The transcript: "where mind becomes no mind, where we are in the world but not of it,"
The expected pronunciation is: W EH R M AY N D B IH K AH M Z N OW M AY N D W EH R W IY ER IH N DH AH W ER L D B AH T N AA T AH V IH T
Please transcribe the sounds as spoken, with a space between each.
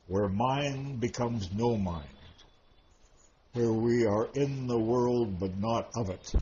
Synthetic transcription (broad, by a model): W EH R M AY N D B IH K AH M Z N OW M AY N D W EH R W IY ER IH N DH AH W ER L D B AH T N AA T AH V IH T